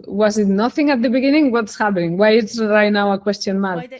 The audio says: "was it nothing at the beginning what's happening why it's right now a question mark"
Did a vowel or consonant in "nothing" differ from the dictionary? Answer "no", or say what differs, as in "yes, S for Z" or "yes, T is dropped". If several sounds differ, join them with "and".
no